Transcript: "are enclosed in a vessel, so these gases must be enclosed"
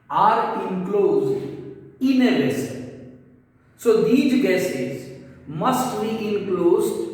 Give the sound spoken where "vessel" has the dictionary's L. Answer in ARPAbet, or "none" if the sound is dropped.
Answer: N